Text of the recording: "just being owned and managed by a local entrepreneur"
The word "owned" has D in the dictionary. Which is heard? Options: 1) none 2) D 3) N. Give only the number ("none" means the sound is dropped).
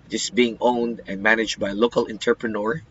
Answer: 2